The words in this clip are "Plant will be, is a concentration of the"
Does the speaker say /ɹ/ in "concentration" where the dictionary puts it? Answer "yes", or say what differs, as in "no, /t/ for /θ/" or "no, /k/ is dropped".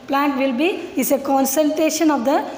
no, /ɹ/ is dropped